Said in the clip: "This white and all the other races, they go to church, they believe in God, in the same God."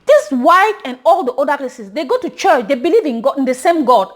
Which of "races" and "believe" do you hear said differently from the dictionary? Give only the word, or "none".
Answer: races